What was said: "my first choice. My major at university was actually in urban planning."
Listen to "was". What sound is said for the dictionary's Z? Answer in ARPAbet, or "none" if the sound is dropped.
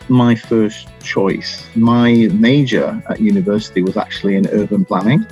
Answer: Z